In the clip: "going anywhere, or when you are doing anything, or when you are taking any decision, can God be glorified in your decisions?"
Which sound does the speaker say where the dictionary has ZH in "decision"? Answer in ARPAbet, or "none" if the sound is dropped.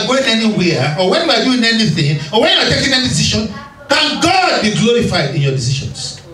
SH